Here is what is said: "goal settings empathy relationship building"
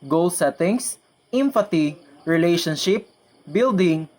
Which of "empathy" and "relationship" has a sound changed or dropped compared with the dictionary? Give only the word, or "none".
empathy